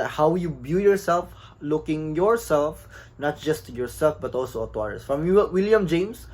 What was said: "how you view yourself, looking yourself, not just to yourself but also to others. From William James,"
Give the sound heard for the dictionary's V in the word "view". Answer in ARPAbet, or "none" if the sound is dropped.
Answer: B